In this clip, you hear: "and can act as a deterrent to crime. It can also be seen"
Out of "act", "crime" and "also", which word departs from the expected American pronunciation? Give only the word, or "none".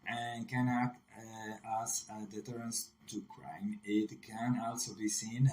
act